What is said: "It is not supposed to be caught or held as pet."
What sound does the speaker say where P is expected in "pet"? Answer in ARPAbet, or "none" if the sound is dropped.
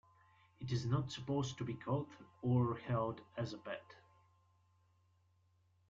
B